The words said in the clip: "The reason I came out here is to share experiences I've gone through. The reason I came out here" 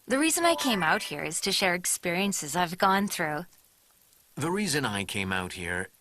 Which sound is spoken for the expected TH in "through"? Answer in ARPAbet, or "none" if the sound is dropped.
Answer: TH